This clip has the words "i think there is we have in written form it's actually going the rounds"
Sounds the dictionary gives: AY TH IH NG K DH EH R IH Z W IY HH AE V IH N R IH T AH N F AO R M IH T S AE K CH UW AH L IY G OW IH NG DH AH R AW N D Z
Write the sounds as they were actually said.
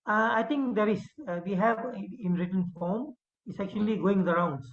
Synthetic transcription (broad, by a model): AY T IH NG K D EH R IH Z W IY HH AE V IH N R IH T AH N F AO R M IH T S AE K CH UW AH L IY G OW IH NG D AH R AW N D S